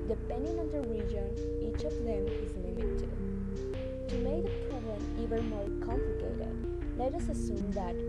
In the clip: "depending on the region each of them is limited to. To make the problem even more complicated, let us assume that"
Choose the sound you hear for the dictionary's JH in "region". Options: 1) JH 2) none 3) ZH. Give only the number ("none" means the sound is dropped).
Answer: 1